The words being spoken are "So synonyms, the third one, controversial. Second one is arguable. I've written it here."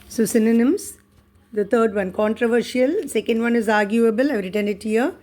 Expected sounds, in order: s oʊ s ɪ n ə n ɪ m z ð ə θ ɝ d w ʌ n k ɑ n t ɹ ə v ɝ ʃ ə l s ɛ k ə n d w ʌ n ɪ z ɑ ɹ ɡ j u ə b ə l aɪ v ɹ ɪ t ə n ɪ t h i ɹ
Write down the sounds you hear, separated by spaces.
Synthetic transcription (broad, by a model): s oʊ s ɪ n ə n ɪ m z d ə t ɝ d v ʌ n k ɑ n t ɹ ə v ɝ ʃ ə l s ɛ k ə n d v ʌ n ɪ z ɑ ɹ ɡ j u ə b ə l aɪ v ɹ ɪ t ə n ɪ t h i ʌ